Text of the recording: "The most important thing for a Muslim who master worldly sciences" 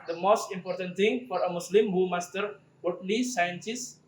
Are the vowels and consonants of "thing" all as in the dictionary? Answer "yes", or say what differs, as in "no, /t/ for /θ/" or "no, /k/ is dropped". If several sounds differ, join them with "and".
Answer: no, /t/ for /θ/